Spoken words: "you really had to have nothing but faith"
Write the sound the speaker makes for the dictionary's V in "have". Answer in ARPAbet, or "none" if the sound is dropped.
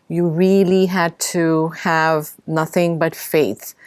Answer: V